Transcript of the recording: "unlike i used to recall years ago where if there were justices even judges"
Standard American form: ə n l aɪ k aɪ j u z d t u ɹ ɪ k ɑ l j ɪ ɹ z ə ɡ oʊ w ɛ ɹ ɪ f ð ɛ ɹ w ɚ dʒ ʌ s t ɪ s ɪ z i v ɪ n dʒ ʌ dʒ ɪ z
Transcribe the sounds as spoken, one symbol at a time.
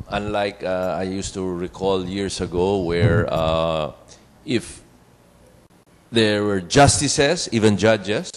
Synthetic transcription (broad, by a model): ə n l aɪ k aɪ j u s t u ɹ ɪ k ɑ l j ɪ ɹ s ə ɡ oʊ w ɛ ɹ ɪ f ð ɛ ɹ w ɚ dʒ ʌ s t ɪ s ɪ s i v ɪ n dʒ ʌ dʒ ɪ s